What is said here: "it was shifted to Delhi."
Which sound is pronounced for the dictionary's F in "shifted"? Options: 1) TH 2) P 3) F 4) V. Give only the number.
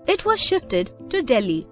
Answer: 3